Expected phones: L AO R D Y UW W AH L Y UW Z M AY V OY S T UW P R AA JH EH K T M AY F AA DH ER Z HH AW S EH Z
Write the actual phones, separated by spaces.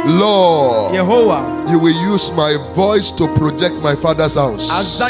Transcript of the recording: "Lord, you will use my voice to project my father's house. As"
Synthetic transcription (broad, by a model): L AO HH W Y UW W AH L Y UW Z M AY V OY S T UW P R AA JH EH K T M AY F AA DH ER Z HH AW S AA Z